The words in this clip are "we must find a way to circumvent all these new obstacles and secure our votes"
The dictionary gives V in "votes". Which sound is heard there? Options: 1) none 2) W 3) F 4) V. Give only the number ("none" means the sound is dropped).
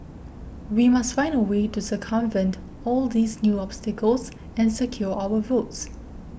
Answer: 4